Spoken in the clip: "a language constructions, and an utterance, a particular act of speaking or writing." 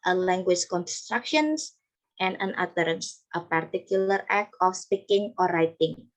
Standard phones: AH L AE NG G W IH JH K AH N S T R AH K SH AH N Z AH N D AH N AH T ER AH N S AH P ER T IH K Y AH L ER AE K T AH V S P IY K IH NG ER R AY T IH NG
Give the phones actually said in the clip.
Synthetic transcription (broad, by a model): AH L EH NG G W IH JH K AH N S T R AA K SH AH N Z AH N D AH N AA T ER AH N S AH P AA T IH K Y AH L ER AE K AH F S P IY K IH NG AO R AY T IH NG